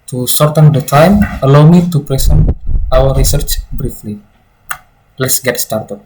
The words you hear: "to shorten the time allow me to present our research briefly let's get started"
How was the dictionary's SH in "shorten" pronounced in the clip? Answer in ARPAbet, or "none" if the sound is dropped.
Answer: S